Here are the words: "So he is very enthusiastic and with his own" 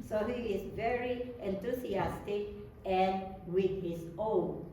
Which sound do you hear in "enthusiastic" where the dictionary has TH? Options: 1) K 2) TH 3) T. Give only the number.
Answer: 3